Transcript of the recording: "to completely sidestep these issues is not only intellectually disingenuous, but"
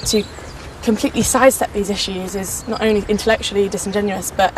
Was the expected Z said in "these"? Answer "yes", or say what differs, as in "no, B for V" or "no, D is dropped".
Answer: yes